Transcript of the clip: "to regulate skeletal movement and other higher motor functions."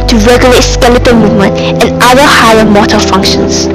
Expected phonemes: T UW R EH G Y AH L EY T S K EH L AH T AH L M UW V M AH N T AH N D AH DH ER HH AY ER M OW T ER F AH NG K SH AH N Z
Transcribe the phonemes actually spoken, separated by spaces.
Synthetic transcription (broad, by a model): T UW R EH G Y AH L EY T S K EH L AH T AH M UW V M AH N T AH N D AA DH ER HH AY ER M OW T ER F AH NG K SH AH N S